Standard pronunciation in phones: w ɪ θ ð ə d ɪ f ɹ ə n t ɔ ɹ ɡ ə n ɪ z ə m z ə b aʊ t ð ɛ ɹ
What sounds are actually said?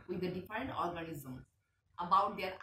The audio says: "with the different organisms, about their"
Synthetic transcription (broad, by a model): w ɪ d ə d ɪ f ɹ ə n t ɔ ɹ ɡ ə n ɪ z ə m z ə b aʊ t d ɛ ɹ